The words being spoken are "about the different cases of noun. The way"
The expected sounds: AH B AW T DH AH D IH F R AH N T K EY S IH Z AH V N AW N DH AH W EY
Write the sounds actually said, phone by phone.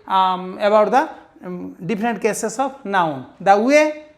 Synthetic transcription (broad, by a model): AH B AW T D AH D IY P R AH N T K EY S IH S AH B N AW N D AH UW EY